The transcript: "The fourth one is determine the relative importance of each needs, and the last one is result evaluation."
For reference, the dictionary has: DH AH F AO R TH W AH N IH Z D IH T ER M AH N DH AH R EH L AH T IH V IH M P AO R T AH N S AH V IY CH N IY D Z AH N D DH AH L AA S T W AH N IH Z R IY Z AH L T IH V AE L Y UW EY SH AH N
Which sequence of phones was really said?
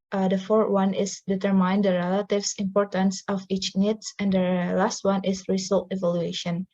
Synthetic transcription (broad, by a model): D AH F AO R T W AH N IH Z D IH T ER M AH N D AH R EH L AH T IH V IH M P AO R T AH N S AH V IY CH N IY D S AH N D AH L AA S T W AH N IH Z R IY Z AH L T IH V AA L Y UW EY SH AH N